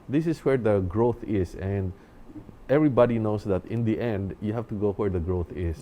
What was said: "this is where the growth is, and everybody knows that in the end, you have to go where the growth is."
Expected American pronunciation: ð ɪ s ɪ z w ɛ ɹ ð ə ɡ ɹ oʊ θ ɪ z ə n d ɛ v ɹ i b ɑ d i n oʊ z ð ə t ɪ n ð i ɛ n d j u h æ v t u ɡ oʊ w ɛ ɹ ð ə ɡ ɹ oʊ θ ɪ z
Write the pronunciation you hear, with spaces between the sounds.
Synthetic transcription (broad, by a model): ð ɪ s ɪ s w ɛ ɹ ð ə ɡ ɹ oʊ θ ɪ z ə n d ɛ v ɹ i b ɑ d i n oʊ s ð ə t ɪ n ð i ɛ n d j u h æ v t u ɡ oʊ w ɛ ɹ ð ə ɡ ɹ oʊ θ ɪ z